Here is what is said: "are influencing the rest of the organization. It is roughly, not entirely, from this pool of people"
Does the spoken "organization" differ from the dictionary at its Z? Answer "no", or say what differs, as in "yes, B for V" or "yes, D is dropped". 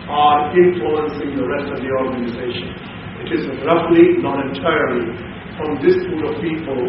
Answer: no